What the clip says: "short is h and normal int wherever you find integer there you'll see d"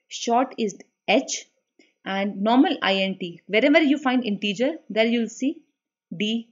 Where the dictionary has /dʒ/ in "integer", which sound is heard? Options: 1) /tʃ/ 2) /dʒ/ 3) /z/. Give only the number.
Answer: 2